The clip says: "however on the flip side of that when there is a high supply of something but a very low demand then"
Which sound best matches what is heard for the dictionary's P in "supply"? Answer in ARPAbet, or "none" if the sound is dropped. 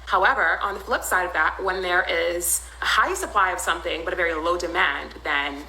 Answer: P